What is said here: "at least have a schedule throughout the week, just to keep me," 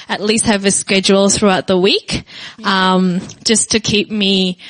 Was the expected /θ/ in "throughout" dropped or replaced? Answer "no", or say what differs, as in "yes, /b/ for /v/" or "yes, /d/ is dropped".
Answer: no